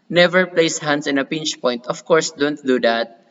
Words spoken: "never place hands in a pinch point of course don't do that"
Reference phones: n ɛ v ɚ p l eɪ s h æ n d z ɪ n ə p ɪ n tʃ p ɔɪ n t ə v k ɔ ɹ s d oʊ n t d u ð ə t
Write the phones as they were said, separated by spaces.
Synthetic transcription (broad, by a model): n ɛ v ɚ p l eɪ s h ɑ n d s ɪ n ə p ɪ n tʃ p ɔɪ n t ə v k ɔ ɹ s d oʊ n t d u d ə t